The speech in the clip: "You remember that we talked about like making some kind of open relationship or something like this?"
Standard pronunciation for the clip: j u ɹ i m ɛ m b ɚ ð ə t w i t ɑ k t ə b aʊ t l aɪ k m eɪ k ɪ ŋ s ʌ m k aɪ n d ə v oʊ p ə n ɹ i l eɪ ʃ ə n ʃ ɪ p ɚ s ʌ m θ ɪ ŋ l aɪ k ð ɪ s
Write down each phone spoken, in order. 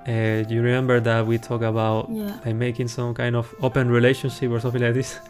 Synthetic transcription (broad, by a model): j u ɹ i m ɛ m b ɚ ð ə t w i t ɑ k ə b aʊ t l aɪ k m eɪ k ɪ ŋ s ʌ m k aɪ n d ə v oʊ p ə n ɹ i l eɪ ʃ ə n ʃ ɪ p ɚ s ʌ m f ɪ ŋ l aɪ k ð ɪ s